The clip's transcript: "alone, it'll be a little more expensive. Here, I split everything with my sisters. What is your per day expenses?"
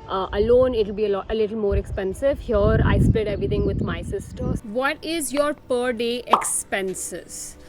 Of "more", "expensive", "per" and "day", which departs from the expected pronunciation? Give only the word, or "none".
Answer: none